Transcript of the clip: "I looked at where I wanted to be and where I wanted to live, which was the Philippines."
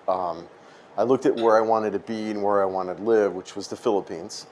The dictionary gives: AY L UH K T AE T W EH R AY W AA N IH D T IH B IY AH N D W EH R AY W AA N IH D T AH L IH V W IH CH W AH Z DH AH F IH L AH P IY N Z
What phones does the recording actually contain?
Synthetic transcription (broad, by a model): AY L UH K T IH T W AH R AY W AA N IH D T IH B IY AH N W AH R AY W AA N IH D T L IH V W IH CH W AH Z DH AH F IH L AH P IY N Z